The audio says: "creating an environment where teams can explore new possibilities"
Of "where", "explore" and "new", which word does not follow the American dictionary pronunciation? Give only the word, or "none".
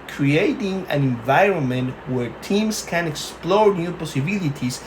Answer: none